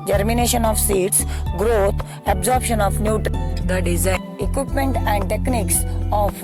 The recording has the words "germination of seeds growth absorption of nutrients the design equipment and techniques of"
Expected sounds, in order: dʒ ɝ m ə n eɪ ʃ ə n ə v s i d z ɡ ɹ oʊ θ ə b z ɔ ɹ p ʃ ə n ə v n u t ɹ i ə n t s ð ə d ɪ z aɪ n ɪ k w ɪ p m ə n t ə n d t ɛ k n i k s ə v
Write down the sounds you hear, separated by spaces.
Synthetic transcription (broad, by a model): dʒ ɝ m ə n eɪ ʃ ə n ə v s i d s ɡ ɹ oʊ t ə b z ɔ ɹ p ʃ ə n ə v n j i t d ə d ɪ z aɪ ɪ k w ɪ p m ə n t ə n d t ɛ k n i k s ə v